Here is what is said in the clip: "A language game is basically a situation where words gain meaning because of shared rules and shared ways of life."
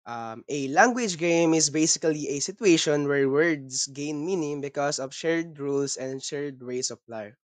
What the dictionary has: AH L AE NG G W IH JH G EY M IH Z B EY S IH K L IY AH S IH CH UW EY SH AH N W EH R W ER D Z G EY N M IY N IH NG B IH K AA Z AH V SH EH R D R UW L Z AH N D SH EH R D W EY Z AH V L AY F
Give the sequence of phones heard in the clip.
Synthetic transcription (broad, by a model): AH L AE NG G W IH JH G EY M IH S B EY S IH K L IY AH S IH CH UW EY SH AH N W EH R W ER D S G EY N M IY N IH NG B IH K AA S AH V SH EH R D R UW L S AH N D SH EH R D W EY S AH P L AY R